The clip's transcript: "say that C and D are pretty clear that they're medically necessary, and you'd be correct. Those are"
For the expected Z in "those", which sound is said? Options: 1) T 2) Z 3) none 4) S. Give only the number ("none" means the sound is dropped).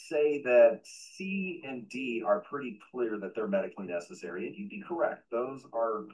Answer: 2